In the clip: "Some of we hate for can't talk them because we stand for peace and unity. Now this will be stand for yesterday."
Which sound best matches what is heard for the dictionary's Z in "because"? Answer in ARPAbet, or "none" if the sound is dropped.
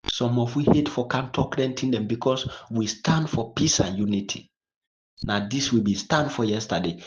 S